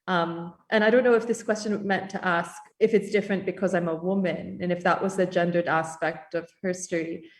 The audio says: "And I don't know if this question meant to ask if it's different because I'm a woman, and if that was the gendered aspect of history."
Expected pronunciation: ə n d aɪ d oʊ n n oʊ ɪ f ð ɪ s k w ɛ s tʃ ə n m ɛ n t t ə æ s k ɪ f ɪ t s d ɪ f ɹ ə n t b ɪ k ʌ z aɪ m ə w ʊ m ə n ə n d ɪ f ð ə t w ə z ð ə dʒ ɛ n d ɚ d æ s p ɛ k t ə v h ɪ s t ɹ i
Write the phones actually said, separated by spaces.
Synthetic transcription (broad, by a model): ə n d aɪ d oʊ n n oʊ ɪ f ð ɪ s k w ɛ s tʃ ə n m ɛ n t t æ s k ɪ f ɪ t s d ɪ f ɹ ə n b ɪ k ʌ z aɪ m ə w ʊ m ə n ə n ɪ f ð ə t w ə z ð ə dʒ ɛ n d ɚ d æ s p ɛ k t ə v h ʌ s t ɹ i